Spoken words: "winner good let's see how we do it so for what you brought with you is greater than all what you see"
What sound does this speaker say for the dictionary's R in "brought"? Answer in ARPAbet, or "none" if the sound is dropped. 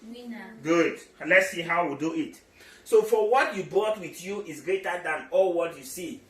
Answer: none